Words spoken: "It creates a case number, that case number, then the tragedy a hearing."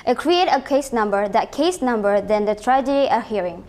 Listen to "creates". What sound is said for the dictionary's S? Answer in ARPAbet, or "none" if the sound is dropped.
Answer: none